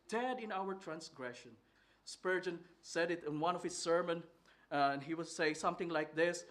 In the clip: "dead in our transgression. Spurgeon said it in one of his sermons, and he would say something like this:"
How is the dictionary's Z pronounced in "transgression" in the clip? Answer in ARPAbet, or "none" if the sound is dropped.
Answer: S